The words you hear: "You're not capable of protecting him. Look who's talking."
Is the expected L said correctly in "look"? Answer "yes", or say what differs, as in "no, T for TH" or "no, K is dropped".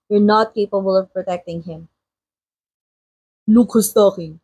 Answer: no, N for L